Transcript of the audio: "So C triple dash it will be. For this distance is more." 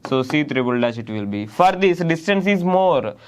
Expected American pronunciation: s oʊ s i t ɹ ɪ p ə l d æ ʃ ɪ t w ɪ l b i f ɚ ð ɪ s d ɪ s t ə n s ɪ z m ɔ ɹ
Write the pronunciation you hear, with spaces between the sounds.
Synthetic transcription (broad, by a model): s oʊ s i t ɹ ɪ b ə l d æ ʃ ɪ t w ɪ l b i f ɚ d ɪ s d ɪ s t ə n s ɪ z m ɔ ɹ